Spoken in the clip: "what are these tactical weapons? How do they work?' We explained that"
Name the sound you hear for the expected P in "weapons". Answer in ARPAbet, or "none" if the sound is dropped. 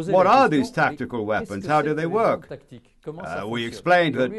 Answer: P